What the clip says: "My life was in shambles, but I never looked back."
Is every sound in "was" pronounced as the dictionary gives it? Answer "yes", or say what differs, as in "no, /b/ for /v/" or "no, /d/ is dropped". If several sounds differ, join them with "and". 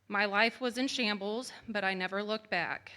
yes